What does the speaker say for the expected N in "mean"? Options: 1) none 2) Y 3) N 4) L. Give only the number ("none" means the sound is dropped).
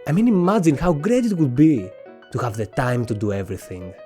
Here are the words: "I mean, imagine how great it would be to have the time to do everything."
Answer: 3